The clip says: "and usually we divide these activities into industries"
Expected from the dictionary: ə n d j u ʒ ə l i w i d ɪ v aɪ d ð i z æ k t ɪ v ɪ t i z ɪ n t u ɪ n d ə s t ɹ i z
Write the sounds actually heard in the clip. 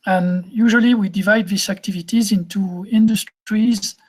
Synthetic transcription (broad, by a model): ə n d j u ʒ ə l i w i d ɪ v aɪ d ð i s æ k t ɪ v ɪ t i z ɪ n t u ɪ n d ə s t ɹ i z